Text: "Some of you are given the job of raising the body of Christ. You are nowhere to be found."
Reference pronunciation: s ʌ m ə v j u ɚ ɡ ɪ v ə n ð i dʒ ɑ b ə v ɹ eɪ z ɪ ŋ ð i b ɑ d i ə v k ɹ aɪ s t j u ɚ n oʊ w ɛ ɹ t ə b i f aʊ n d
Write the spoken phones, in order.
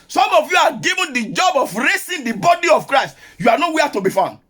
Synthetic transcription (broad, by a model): s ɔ m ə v j u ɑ ɡ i v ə n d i dʒ ɑ b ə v ɹ eɪ s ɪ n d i b ɑ d i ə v k ɹ aɪ s t j u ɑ n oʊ w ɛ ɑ t ə b i f aʊ n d